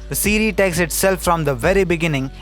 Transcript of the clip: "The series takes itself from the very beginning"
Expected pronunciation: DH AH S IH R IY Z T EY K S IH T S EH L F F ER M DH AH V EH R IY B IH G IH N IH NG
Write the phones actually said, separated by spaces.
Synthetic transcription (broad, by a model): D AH S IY R IY T EY K S IH T S EH L F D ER M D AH V EH R IY B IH G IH N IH NG